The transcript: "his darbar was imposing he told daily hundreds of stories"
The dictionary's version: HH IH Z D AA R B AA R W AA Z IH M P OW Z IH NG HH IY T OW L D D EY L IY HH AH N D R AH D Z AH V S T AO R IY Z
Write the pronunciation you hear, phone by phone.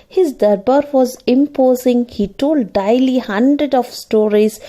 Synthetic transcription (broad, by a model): HH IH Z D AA R B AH R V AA Z IH M P OW Z IH NG HH IY T OW L D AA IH L IY HH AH N D R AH D AH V S T AO R IY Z